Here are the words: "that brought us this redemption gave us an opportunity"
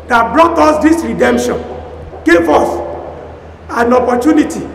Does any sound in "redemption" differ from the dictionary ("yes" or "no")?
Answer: no